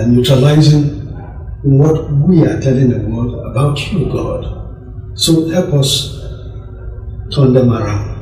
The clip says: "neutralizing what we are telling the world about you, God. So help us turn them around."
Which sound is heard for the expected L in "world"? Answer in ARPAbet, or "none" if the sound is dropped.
none